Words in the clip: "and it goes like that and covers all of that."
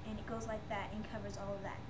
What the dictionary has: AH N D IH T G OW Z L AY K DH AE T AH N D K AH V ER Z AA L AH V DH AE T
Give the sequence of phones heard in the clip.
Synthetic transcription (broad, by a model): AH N IH T G OW Z L AY K DH AE T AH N K AH V ER Z AA L AH V DH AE T